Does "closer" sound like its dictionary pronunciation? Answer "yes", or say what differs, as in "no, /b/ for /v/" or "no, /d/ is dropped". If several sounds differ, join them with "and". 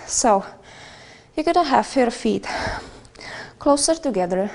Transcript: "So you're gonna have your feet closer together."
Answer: yes